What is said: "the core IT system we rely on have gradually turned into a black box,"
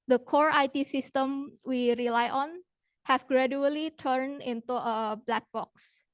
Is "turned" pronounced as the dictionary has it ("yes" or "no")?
no